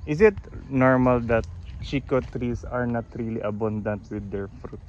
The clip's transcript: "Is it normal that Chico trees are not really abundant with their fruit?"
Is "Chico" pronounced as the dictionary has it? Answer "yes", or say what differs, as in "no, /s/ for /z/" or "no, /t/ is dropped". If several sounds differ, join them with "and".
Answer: yes